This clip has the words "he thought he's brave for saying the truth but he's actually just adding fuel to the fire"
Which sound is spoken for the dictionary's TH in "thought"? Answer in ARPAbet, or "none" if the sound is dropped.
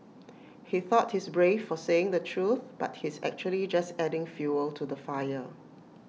TH